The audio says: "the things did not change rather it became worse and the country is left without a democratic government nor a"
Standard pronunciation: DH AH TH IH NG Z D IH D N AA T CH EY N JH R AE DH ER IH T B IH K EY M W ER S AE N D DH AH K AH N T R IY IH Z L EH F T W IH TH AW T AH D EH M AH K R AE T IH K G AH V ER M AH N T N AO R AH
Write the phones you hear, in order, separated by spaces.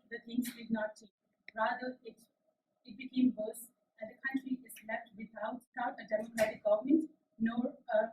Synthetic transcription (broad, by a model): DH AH T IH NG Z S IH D N AA T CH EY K R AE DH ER IH T B IH K EY M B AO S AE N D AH K AH N T R IY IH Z L EH F T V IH T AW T AH D EH M AH K R AE T IH K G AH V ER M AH N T N AO R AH